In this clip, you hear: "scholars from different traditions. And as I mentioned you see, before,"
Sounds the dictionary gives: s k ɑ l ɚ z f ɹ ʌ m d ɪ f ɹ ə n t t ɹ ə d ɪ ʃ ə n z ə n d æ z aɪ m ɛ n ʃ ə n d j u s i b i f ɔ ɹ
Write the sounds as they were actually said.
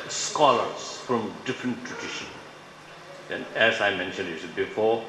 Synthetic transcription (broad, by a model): s k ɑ l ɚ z f ɹ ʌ m d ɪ f ɹ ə n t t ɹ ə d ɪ ʃ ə n ə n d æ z aɪ m ɛ n ʃ ə n d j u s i b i f ɔ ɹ